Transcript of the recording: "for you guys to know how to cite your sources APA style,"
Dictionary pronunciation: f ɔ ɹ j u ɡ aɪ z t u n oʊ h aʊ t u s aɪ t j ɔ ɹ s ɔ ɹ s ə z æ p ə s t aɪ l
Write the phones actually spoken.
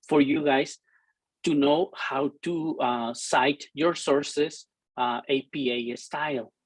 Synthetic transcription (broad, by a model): f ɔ ɹ j u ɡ aɪ s t u n oʊ h aʊ t u s aɪ t j ɔ ɹ s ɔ ɹ s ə s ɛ p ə s t aɪ l